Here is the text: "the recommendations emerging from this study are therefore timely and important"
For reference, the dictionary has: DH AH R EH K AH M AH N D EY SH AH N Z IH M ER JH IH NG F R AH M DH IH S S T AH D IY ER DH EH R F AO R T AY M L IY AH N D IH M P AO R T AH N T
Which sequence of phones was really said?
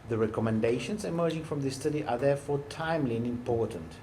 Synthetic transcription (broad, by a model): DH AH R EH K AH M AH N D EY SH AH N Z IH M ER JH IH NG F R AH M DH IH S S T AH D IY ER DH EH R F AO R T AY M L IY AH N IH M P AO R T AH N T